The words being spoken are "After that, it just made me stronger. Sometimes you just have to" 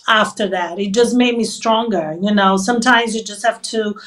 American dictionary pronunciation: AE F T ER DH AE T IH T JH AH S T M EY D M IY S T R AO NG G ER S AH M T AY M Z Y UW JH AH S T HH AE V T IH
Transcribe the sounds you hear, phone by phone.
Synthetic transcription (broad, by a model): AE F T ER DH AE T IH T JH AH S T M EY D M IY S T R AO NG G ER S AH M T AY M Z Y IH JH AH S T HH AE F T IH